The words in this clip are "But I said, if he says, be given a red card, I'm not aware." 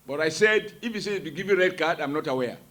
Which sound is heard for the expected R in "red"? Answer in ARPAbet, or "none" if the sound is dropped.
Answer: R